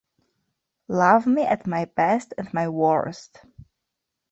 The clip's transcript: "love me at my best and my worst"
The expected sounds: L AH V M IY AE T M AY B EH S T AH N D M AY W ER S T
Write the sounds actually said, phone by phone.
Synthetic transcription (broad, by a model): L AH V M IY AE T M AY B EH S T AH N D M AY W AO S T